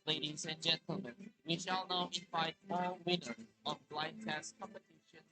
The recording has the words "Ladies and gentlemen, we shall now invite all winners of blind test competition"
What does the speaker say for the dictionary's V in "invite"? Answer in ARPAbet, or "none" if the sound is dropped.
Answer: F